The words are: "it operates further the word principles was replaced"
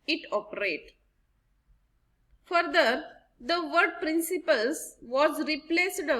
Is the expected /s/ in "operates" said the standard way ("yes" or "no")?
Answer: no